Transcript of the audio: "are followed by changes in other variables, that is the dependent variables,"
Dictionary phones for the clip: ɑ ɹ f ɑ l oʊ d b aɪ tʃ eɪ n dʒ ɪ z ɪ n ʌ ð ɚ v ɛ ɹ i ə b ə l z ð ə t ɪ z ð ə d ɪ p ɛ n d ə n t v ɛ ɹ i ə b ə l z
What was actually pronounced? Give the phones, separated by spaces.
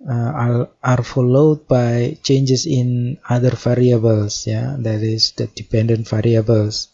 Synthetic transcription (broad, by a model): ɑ ɹ f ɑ l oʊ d b aɪ tʃ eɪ n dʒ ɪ s ɪ n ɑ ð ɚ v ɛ ɹ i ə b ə l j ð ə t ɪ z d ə d ɪ p ɛ n d ə n t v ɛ ɹ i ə b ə l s